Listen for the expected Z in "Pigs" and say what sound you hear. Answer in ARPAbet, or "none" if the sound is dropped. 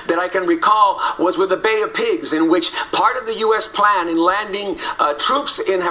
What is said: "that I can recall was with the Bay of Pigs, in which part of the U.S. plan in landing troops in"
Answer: Z